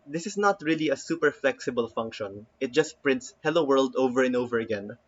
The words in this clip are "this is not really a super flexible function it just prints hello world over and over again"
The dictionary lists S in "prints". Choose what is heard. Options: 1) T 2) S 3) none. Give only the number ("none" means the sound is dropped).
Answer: 2